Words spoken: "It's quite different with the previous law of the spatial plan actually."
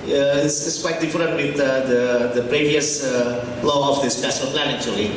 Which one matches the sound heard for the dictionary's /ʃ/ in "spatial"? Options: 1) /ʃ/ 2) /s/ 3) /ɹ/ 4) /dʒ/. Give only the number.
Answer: 2